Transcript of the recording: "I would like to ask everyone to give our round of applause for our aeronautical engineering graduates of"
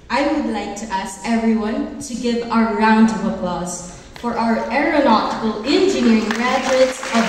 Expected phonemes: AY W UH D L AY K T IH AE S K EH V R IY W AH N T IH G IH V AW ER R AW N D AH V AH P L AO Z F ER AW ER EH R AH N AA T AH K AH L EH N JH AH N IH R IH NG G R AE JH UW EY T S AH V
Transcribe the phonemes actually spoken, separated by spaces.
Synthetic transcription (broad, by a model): AY W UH D L AY K T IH AE S K EH V R IY W AH N T IH G IH V AW ER R AW N D AH V AH P L AO Z F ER AW ER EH R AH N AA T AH K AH L EH N JH AH N IH R IH NG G R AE JH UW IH T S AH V